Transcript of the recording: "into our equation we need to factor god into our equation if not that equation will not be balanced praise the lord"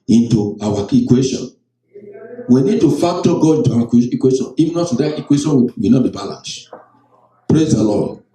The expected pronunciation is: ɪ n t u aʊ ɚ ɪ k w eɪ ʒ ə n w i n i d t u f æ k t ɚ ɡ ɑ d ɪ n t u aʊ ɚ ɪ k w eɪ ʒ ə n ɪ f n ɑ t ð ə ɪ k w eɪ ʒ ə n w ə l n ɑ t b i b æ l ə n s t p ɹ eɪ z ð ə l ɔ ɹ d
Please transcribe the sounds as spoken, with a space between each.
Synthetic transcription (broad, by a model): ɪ n t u aʊ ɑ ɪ k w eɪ ʃ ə n w i n i d t u f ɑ k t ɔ ɡ ɑ d ɪ n t u aʊ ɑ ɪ k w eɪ ʃ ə n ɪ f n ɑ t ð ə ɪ k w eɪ ʃ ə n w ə w n ɑ t b i b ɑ l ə n s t p ɹ eɪ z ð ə l ɔ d